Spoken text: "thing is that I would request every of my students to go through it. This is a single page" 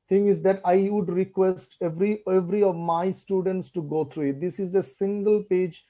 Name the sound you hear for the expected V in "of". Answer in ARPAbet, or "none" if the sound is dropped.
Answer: V